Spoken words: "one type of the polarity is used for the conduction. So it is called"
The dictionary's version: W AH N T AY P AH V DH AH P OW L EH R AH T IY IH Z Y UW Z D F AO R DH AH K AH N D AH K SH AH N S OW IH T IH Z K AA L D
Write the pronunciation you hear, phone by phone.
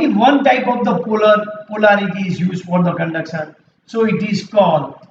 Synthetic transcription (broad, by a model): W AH N T AY P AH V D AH P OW L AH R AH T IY IH Z Y UW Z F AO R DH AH K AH N D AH K S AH N S OW IH T IH Z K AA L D